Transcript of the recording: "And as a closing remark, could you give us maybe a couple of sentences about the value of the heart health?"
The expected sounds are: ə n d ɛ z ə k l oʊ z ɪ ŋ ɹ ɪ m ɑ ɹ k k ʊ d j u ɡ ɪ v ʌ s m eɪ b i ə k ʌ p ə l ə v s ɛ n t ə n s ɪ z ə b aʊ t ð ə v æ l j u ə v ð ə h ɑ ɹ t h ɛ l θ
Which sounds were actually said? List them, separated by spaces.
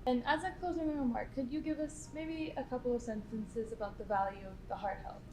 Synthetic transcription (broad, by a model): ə n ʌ z ə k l oʊ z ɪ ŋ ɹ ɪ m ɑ ɹ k k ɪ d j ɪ ɡ ɪ v ʌ s m eɪ b i ə k ʌ p l ə v s ɛ n t ə n s ɪ z ə b aʊ t ð ə v æ l j u ə v ð ə h ɑ ɹ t h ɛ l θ